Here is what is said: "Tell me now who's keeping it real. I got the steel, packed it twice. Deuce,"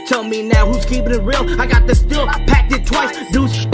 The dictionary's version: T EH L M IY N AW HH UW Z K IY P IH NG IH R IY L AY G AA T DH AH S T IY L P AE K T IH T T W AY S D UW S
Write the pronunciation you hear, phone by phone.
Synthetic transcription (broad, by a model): T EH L M IY N AW HH UW Z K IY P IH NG IH R IY L AY G AA T DH AH S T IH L P AE K T IH T T W AY S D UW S